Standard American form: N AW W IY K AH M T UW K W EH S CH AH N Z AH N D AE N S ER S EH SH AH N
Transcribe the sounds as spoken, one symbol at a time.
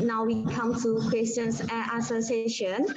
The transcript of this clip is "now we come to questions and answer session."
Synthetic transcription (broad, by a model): N AW W IY K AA M T UW K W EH S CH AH N S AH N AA S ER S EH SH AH N